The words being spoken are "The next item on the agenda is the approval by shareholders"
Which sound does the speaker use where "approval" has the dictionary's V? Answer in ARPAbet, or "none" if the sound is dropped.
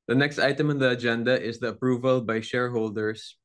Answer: V